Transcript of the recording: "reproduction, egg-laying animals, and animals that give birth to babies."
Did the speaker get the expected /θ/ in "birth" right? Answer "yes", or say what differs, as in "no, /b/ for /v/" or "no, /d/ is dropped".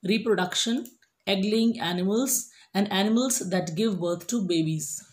no, /t/ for /θ/